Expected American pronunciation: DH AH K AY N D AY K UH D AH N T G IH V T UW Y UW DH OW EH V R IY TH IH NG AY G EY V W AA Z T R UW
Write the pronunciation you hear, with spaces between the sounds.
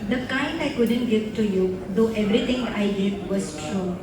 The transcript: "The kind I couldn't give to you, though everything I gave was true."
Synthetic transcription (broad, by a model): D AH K AY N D AY K UH D AH N T G IH V T UW Y UW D OW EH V R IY T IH NG AY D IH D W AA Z T R UW